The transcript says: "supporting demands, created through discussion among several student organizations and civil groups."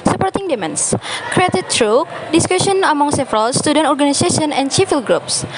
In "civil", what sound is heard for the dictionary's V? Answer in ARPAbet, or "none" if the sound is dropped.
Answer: F